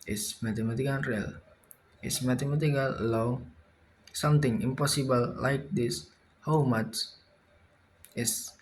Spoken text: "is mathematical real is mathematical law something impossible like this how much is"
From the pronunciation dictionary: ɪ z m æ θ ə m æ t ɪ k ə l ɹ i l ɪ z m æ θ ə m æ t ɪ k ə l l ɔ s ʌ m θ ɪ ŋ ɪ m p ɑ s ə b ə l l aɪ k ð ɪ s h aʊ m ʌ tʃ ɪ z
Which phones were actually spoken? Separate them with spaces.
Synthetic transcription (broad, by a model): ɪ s m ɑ t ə m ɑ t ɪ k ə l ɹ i l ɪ s m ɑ t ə m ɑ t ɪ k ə l l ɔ s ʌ m t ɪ ŋ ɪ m p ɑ s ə b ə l l aɪ k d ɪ s h aʊ m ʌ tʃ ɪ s